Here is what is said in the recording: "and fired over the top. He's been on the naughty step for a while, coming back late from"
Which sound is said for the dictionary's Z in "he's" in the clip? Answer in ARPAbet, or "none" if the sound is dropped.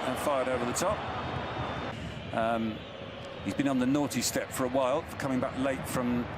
Z